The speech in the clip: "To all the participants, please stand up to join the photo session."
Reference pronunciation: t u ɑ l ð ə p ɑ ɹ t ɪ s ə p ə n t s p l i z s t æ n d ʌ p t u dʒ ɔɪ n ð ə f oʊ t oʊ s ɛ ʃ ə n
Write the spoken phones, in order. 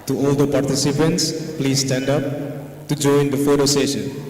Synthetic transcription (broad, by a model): t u ɑ l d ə p ɑ ɹ t ɪ s ə p ə n t s p l i z s t æ n d ʌ p t u dʒ ɔɪ n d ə f oʊ t oʊ s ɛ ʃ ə n